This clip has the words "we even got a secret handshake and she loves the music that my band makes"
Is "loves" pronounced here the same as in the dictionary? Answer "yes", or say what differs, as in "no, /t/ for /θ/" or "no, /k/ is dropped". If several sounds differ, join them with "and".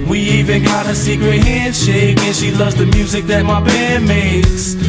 yes